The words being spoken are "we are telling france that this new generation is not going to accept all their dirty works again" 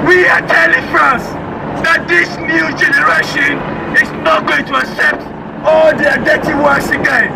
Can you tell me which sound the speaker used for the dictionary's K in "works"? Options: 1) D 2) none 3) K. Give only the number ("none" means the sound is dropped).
2